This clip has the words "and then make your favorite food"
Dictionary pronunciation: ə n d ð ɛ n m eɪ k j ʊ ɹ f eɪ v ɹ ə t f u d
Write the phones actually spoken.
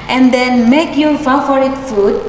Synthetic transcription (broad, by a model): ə n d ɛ n m eɪ k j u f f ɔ ɹ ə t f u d